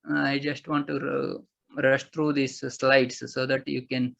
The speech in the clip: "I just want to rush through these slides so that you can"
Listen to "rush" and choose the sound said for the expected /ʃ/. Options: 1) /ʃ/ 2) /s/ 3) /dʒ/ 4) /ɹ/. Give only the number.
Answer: 1